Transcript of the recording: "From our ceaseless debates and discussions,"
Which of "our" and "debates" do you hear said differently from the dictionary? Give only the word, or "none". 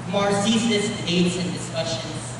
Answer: debates